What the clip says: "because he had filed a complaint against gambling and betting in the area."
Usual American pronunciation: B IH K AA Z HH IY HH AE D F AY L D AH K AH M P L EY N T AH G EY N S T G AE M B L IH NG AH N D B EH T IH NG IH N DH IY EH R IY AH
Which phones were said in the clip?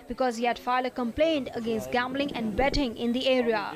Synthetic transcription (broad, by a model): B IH K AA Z HH IY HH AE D F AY D AH K AH M P L EY N T AH G EY N S T G AE M B L IH NG AH N D B EH T IH NG IH N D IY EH R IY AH